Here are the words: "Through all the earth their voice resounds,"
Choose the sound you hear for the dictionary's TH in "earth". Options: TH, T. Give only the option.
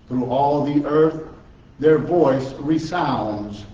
TH